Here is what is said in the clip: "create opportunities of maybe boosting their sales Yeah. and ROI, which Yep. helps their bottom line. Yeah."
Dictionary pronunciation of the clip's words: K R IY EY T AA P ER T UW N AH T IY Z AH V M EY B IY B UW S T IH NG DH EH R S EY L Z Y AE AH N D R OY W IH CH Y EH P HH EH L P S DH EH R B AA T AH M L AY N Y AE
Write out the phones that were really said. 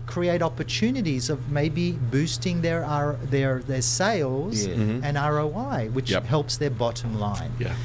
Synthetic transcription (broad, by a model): K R IY EY T AA P ER T UW N AH T IY Z AH V M EY B IY B UW S T IH NG DH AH R S EY L Z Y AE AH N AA R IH W IH CH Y HH EH L P S DH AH R B AA T AH M L AY N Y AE